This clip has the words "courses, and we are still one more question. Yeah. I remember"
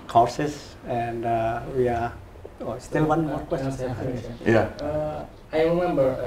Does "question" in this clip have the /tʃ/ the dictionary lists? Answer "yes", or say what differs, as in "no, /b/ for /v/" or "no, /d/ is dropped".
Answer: no, /s/ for /tʃ/